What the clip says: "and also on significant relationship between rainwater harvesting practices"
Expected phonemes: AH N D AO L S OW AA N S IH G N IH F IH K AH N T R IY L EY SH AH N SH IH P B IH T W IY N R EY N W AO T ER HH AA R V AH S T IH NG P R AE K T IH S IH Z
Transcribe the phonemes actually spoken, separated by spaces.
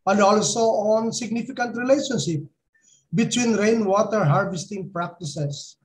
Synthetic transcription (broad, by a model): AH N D AO L S OW AA N S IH G N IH F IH K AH N T R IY L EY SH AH N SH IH P B IH T W IY N R EY N W AO T ER HH AA R V AH S T IH NG P R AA K T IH S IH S